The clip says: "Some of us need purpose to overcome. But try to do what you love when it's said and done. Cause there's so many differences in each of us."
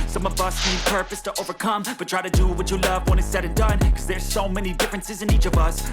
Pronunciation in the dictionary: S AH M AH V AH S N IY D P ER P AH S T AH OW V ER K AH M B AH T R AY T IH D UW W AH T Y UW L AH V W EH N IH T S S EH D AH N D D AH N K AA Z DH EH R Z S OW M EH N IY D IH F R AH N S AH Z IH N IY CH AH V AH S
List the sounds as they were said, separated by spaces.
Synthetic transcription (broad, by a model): S AH M AH V AH S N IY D P ER P AH S T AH OW V ER K AH M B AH T R AY T IH D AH W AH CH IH L AH V W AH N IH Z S S EH D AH N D D AH N K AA Z DH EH R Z S OW M EH N IY D IH F R AH N S AH Z IH N IY CH AH V AH S